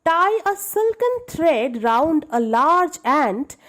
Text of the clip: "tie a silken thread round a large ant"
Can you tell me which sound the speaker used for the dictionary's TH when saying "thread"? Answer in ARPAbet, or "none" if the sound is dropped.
T